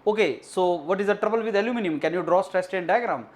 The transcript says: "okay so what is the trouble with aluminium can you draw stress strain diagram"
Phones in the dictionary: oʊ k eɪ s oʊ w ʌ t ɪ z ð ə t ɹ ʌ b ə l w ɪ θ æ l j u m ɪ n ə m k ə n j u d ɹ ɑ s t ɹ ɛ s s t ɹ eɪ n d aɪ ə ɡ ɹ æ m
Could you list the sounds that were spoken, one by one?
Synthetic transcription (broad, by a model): oʊ k eɪ s oʊ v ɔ t ɪ z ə t ɹ ʌ b ə l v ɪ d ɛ l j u m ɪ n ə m k ə n j u d ɹ ɑ s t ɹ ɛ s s t eɪ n d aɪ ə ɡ ɹ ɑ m